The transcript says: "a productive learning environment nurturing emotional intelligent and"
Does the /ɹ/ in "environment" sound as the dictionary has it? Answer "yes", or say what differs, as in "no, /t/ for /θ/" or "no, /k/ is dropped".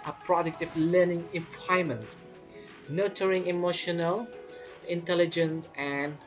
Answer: no, /ɹ/ is dropped